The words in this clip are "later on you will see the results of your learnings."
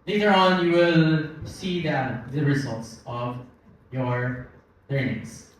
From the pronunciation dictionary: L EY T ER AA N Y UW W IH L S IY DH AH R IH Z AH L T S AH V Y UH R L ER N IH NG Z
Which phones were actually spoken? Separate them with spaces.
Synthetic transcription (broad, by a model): L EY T ER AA N Y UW W IH L S IY DH AH R IH Z AH L T S AH V Y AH R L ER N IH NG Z